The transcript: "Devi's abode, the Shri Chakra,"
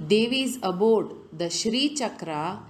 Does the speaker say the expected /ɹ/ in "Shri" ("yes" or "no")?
yes